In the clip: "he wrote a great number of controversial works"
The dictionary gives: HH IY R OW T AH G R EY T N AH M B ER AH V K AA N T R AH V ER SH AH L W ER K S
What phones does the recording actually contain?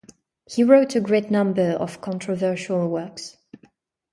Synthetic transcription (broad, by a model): HH IY R OW T AH G R EY T N AH M B ER AH V K AA N T R AH V ER SH AH L W ER K S